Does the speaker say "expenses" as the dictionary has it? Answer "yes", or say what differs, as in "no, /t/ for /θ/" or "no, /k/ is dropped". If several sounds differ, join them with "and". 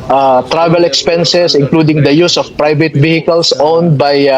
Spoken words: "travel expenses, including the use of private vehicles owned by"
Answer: no, /s/ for /z/